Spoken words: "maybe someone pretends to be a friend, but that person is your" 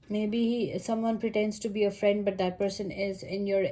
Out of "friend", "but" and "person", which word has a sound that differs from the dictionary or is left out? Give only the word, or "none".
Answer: none